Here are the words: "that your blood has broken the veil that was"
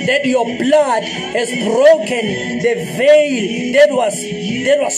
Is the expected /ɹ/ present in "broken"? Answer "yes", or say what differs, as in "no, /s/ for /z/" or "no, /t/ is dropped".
yes